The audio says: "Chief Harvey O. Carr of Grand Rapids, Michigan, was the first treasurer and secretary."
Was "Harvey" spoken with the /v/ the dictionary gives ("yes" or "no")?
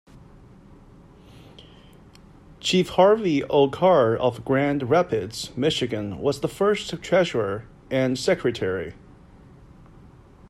yes